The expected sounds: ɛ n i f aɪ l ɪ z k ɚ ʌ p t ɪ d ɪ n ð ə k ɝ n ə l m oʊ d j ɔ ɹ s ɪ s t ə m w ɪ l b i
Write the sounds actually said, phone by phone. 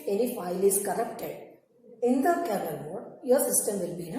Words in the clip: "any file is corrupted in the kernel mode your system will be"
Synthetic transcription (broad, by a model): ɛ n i f aɪ l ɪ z k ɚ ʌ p t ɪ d ɪ n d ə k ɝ ə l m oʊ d j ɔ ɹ s ɪ s t ə m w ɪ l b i